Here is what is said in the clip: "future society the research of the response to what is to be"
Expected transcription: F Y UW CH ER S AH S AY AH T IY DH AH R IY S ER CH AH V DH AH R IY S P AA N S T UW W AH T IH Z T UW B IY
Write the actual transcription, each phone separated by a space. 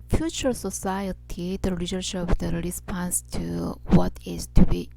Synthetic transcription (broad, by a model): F Y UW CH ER S AH S AY AH T IY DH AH L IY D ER SH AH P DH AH R IY S P AA N S T UW W AH T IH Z T UW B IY